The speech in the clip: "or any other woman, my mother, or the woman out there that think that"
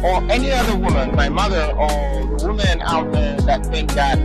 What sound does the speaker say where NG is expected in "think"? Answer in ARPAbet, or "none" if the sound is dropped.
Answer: none